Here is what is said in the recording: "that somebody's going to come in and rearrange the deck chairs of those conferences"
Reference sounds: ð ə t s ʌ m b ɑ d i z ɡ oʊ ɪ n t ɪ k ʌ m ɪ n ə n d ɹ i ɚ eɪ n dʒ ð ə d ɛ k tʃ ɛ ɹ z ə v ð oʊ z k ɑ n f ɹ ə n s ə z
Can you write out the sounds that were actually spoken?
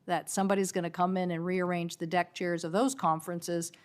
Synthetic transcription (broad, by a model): ð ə t s ʌ m b ɑ d i z ɡ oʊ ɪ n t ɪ k ʌ m ɪ n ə n ɹ i ɚ eɪ n dʒ ð ə d ɛ k tʃ ɛ ɹ z ə v ð oʊ z k ɑ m f ɹ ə n s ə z